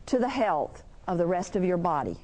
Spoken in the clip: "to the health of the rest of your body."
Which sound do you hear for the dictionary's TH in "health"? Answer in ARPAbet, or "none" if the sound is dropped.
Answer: TH